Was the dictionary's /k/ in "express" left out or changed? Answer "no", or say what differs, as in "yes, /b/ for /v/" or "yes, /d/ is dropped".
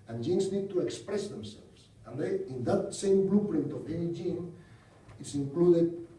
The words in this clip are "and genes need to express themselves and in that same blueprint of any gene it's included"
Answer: no